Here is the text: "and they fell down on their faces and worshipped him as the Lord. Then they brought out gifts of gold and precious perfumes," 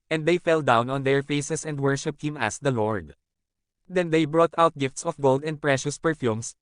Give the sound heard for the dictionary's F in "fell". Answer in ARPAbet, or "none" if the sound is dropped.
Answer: F